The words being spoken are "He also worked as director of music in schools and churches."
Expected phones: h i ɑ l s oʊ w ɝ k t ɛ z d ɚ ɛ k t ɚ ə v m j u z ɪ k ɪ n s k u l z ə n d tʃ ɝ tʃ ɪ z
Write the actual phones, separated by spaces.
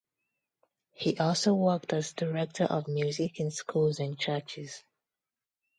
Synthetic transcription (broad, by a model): h i ɑ l s oʊ w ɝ k t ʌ z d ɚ ɛ k t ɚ ə v m j u z ɪ k ɪ n s k u l z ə n tʃ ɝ tʃ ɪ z